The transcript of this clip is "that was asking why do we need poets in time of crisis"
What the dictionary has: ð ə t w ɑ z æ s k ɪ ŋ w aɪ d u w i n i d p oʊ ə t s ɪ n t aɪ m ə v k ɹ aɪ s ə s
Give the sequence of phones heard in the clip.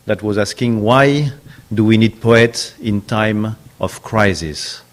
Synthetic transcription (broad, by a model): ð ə t w ɑ z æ s k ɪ ŋ w aɪ d u w i n i d p oʊ ə t s ɪ n t aɪ m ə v k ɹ aɪ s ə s